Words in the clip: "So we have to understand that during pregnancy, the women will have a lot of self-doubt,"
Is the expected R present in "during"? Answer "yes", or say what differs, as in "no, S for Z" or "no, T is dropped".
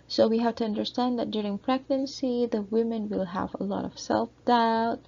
yes